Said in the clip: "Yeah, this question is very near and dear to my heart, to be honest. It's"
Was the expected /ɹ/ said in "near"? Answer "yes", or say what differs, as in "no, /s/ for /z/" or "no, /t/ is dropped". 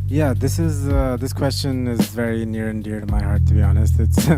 yes